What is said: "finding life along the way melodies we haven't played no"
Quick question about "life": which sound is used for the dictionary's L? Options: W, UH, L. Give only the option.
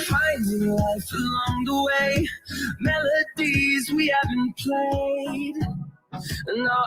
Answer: W